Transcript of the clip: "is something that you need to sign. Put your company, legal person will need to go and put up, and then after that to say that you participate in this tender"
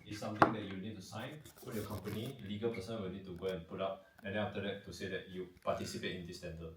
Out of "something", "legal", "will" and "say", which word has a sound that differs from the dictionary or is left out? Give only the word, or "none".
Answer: something